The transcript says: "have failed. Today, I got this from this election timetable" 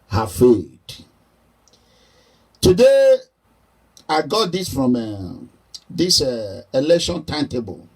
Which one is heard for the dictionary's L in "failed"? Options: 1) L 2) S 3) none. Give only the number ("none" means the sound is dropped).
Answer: 3